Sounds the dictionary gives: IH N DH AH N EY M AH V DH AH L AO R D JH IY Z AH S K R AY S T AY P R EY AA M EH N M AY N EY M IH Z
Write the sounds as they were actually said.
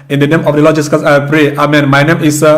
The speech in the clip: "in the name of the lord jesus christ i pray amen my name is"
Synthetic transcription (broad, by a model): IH N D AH N EY M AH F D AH L AO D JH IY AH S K AY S AY P R EY AA M EH N M AY N EY M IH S